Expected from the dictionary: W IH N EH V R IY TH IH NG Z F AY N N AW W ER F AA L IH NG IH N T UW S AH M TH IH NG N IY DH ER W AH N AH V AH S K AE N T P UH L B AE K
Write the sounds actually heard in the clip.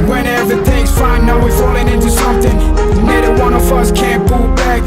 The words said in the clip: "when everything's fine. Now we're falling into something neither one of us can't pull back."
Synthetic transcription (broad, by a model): W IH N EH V IY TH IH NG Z F AY N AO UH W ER F AA L IH NG IH N T UW S AH M TH IH NG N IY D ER W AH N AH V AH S K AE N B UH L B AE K